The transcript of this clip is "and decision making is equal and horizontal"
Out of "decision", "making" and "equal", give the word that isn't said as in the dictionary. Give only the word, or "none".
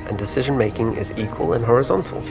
none